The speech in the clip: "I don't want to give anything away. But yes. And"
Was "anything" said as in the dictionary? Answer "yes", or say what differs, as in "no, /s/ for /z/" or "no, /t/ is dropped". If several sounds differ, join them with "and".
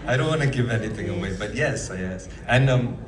yes